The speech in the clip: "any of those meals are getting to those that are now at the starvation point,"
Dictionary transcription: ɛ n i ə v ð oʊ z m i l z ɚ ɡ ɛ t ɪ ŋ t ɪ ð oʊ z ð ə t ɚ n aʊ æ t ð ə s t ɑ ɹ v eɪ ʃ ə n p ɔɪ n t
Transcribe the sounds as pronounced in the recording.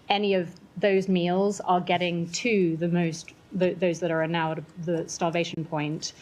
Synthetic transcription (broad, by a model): ɛ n i ə v ð oʊ z m i l z ɚ ɡ ɛ t ɪ ŋ t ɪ ð oʊ z ð ə t ɚ n aʊ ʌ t ð ə s t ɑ l v eɪ ʃ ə n p ɔɪ n t